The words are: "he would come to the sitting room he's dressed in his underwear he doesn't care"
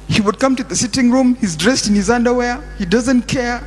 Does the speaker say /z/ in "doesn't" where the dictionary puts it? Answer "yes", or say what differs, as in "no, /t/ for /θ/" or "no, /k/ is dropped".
yes